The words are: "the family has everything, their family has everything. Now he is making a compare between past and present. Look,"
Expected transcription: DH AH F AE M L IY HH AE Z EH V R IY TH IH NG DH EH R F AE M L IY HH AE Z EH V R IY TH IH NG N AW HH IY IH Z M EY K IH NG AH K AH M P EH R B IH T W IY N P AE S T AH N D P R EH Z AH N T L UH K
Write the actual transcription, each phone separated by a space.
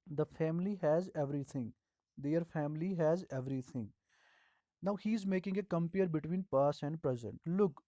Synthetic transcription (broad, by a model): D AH F AE M L IY HH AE Z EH V R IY T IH NG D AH R F AE M L IY HH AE Z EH V R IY T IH NG N AW HH IY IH Z M EY K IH NG AH K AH M P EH R B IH T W IY N P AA S AH N D P R EH Z AH N T L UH K